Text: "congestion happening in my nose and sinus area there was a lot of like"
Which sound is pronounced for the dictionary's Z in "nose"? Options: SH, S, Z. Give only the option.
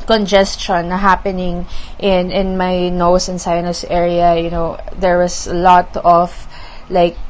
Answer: S